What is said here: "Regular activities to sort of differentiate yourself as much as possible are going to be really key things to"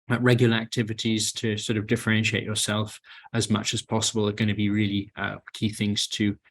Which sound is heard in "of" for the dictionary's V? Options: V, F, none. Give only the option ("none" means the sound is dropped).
V